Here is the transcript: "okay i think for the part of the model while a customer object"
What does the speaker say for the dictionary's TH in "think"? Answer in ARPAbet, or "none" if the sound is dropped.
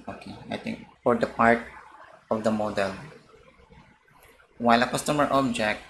T